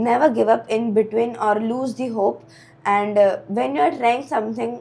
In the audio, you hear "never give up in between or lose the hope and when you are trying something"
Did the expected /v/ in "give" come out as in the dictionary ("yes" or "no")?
yes